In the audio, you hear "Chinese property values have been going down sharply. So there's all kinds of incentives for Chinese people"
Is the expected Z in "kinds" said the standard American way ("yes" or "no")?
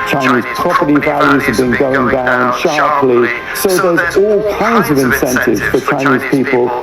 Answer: yes